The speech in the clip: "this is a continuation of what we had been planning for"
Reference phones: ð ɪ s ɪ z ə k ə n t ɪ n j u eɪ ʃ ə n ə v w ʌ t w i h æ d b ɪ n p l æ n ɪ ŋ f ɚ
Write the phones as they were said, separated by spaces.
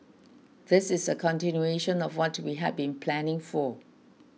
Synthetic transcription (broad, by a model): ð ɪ s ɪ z ə k ə n t ɪ n j u eɪ ʃ ə n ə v w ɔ t w i h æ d b ɪ n p l æ n ɪ ŋ f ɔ